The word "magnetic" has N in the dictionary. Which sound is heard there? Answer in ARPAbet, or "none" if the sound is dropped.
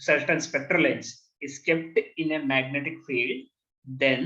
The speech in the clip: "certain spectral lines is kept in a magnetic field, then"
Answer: N